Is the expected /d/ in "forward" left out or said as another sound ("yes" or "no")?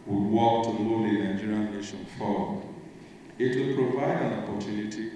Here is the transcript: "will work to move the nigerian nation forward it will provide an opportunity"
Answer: yes